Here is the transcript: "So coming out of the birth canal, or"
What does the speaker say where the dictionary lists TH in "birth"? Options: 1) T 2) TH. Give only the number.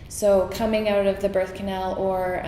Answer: 2